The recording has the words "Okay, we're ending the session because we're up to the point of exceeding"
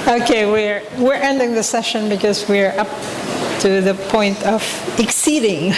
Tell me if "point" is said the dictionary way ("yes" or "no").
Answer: yes